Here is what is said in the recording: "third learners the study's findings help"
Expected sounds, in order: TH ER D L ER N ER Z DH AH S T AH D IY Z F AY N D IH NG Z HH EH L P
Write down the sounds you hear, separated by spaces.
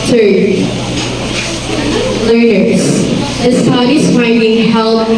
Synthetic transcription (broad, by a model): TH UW L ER N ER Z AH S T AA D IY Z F AY N D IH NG HH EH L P